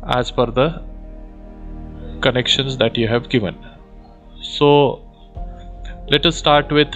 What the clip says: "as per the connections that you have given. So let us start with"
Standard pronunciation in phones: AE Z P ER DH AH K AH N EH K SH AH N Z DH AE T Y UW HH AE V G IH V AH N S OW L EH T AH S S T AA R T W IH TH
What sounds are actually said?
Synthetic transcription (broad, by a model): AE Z F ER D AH K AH N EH K SH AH N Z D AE T Y UW HH AE V G IH V AH N S OW L EH T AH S S T AA R T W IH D